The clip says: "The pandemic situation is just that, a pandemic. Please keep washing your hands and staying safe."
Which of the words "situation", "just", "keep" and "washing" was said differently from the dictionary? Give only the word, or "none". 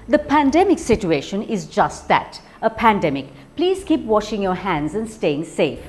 none